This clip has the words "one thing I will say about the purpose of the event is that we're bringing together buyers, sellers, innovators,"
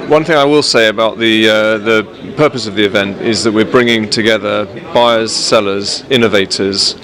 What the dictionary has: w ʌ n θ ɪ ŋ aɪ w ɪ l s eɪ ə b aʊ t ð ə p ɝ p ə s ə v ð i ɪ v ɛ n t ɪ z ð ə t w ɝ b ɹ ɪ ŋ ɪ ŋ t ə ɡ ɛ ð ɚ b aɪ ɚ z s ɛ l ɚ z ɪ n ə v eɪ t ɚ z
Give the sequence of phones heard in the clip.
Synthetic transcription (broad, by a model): w ʌ n θ ɪ ŋ aɪ w ɪ l s eɪ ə b aʊ t ð ə p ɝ p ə s ə v ð i ɪ v ɛ n t ɪ z ð ə t w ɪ b ɹ ɪ ŋ ɪ ŋ t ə ɡ ɛ ð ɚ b aɪ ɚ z s ɛ l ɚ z ɪ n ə v eɪ t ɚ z